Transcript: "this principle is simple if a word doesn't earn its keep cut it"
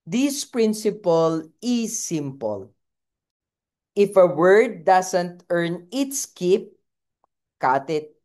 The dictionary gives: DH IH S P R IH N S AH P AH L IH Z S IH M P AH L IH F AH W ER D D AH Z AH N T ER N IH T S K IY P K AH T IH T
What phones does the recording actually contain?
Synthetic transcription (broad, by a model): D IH S P R IH N S AH P AH L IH S IH M P AH L IH F AH W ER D D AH S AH N T ER N IH T S K IY P K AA T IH T